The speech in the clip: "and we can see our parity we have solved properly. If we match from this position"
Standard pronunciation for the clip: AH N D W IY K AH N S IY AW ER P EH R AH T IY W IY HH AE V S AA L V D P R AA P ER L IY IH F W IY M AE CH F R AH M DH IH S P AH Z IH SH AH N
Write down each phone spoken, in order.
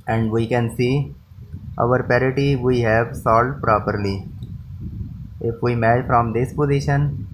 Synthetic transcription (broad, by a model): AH N D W IY K AH N S IY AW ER P EH R AH T IY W IY HH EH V S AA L D P R AA P ER L IY IH F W IY M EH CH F R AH M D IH S P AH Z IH SH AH N